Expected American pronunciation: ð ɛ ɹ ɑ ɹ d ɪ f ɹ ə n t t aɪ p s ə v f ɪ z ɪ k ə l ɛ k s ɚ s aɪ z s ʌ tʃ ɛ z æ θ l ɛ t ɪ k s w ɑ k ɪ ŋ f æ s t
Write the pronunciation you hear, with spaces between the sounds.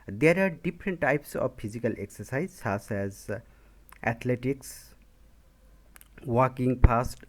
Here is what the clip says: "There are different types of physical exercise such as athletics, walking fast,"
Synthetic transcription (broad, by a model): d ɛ ɹ ɑ ɹ d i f ɹ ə n t t aɪ p s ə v p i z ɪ k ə l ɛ k s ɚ s aɪ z s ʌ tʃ ɛ z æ t l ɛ t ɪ k s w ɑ k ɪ ŋ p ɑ s t